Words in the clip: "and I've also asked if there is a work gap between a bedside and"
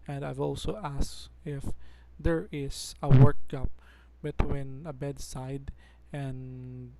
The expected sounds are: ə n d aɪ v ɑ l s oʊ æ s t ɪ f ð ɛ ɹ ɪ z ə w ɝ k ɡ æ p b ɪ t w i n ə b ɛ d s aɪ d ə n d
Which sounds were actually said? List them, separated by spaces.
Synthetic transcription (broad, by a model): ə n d aɪ v ɑ l s oʊ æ s ɪ f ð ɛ ɹ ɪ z ə w ɝ k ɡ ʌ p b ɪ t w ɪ n ə b ɛ d s aɪ d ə n